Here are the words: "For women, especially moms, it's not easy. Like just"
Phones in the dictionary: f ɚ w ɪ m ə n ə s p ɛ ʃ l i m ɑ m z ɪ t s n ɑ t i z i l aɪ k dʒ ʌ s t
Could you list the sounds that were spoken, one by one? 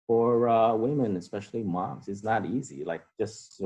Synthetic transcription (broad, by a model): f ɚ w ɪ m ə n ə s p ɛ ʃ l i m ɑ m z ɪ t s n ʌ t i z i l aɪ k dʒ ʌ s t